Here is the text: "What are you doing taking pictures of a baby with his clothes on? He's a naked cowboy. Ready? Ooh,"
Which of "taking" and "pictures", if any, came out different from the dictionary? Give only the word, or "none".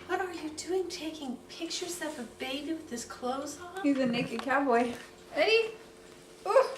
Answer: pictures